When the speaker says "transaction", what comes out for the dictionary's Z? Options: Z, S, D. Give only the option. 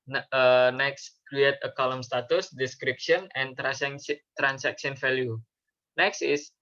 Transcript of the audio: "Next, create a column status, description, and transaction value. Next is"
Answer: S